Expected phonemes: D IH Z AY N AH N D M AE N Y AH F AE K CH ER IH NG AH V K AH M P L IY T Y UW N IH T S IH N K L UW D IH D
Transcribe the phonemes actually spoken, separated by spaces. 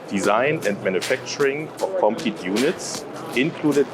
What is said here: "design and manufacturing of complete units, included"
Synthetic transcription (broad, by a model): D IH Z AY N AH N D M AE N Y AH F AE K CH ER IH NG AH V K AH M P IY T Y UW N IH T S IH N K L UW D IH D